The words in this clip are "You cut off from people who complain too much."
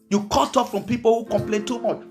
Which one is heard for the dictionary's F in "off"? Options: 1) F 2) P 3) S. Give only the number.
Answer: 1